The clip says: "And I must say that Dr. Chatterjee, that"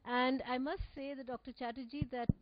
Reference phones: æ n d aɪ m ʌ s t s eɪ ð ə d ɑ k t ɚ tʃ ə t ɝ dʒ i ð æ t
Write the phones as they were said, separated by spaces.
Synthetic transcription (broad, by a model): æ n d aɪ m ʌ s t s eɪ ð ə d ɑ k t ɚ tʃ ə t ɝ dʒ i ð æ t